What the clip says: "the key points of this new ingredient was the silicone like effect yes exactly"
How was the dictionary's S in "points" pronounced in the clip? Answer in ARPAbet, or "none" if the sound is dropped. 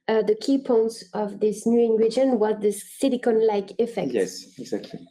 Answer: S